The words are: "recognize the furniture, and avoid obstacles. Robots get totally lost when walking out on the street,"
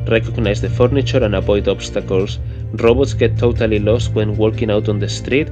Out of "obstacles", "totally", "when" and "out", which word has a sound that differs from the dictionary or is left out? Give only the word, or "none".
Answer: obstacles